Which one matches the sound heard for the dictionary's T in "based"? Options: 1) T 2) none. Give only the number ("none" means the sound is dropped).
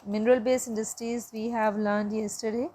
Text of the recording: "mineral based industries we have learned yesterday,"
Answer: 2